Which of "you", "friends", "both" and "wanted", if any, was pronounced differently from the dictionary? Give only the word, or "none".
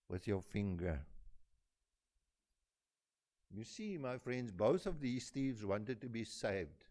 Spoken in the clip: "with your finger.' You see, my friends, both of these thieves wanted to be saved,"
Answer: none